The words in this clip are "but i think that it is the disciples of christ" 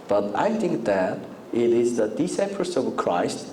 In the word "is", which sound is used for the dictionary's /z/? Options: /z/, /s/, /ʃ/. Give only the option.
/z/